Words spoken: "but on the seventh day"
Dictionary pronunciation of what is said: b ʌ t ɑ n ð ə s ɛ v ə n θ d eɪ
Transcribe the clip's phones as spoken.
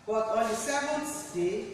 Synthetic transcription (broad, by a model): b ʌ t ɑ n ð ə s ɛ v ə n s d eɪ